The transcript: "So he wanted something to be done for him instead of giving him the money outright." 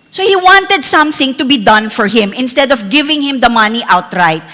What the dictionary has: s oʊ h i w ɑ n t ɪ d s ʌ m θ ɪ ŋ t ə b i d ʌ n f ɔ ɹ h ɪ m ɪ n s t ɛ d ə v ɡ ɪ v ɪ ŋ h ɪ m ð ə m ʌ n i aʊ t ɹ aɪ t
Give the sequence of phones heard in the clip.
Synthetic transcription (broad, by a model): s oʊ h i w ɑ n t ɪ d s ʌ m θ ɪ ŋ t ə b i d ʌ n f ɔ ɹ h ɪ m ɪ n s t ɛ d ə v ɡ ɪ v ɪ ŋ h ɪ m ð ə m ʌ n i aʊ t ɹ aɪ t